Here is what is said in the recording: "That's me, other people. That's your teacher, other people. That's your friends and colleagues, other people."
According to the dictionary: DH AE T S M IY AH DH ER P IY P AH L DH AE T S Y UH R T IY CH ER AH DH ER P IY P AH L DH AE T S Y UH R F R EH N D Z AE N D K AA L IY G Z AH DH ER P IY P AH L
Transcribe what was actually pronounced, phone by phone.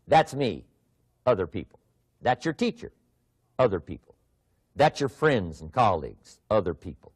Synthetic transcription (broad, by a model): DH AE T S M IY AH DH ER P IY P L DH AE T S Y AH R T IY CH ER AH DH ER P IY P L DH AE T S Y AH R F R EH N D Z N K AA L IY G Z AH DH ER P IY P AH L